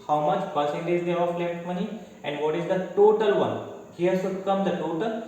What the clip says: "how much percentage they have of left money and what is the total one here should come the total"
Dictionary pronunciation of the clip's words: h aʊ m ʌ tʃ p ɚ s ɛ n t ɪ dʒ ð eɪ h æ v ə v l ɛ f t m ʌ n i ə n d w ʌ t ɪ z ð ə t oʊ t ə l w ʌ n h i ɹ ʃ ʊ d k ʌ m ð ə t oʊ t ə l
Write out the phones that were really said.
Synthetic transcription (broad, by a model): h aʊ m ʌ tʃ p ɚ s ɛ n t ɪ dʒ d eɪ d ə f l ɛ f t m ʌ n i ə n d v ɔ t ɪ z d ə t oʊ t ə l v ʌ n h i ɹ s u k ʌ m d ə t oʊ t ə l